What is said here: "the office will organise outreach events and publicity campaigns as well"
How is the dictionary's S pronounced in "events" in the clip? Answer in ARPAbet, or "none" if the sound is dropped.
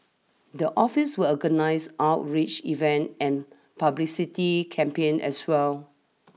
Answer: none